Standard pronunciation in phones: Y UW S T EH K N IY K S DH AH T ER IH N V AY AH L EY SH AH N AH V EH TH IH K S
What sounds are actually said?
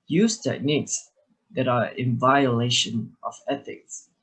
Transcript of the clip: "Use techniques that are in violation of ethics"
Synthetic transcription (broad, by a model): Y UW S T EH K N IY K S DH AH T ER IH N V AY AH L EY SH AH N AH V EH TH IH K S